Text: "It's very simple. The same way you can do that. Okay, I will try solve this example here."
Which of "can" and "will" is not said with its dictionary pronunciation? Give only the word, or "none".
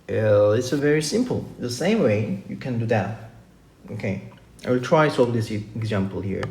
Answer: will